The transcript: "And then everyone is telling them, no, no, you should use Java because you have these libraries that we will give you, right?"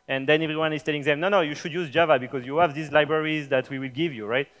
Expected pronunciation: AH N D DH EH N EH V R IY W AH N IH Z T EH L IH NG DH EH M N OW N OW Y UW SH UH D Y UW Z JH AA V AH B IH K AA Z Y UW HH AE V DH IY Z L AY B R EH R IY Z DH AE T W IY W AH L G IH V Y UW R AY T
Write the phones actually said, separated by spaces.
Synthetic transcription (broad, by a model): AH N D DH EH N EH V R IY W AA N IH Z T EH L IH NG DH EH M N OW N OW Y UW SH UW D Y UW Z JH AA V AH B IH K AA Z Y UW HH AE V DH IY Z L AY B R EH R IY Z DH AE T W IY W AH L G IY V Y UW R AY T